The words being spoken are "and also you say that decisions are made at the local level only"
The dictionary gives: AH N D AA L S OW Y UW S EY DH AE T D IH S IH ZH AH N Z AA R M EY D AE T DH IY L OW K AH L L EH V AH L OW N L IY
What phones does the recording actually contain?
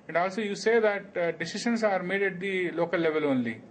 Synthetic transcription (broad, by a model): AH N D AA L S OW Y UW S EY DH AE T D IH S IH SH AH N S AA R M EY D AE T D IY L OW K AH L L EH V AH L OW N L IY